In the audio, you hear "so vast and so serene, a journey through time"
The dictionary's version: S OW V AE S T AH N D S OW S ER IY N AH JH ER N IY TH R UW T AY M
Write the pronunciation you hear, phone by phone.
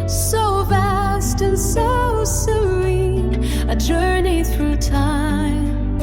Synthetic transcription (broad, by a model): S OW V AE S T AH N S S OW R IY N AH JH ER N IY TH R UW T AY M